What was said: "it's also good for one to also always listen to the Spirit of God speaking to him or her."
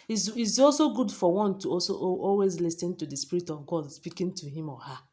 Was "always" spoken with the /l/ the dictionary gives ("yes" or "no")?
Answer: yes